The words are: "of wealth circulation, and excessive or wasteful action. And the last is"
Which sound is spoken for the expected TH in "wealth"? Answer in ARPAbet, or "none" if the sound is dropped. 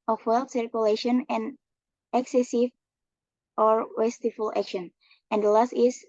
T